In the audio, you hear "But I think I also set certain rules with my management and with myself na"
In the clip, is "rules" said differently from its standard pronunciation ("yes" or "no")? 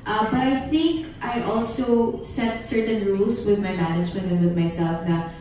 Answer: yes